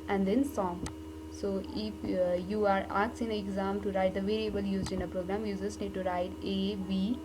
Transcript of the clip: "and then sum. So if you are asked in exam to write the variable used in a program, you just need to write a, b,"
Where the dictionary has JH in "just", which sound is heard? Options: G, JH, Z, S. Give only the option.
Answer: Z